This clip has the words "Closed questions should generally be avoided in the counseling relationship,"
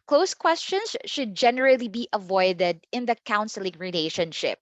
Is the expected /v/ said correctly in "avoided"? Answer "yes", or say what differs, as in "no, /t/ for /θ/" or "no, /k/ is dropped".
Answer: yes